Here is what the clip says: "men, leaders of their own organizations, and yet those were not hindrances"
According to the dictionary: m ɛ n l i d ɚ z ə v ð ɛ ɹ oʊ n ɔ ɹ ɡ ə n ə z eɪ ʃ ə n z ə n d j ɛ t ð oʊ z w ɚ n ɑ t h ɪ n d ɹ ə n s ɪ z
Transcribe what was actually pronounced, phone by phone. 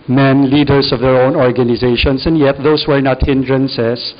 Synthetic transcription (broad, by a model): m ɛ n l i d ɚ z ə v ð ɛ ɹ oʊ n ɔ ɹ ɡ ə n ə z eɪ ʃ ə n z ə n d j ɛ t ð oʊ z w ɚ n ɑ t h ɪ n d ɹ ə n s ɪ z